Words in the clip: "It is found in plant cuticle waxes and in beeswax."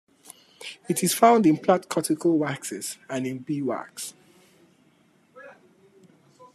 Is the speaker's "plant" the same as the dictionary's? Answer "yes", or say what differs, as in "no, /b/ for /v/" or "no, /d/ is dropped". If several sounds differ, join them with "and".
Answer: no, /n/ is dropped